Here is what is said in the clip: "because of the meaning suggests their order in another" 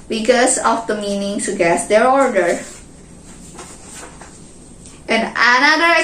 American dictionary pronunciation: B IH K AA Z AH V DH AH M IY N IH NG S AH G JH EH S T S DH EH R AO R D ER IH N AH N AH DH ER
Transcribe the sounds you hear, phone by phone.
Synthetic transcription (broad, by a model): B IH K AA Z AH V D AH M IY N IH NG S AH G EH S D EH R AO R D ER IH N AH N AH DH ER